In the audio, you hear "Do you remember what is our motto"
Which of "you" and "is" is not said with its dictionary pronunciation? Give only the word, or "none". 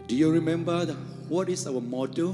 is